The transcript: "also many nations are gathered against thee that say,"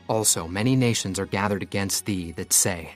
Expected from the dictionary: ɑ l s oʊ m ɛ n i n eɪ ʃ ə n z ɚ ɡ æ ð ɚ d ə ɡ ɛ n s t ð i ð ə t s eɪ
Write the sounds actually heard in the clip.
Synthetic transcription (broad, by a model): ɑ l s oʊ m ɛ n i n eɪ ʃ ə n z ɚ ɡ æ ð ɚ d ə ɡ ɛ n s t ð i ð ə t s eɪ